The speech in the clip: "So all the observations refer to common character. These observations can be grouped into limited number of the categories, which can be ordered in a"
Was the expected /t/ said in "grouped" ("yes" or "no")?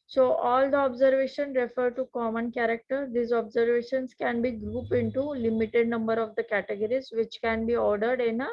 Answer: no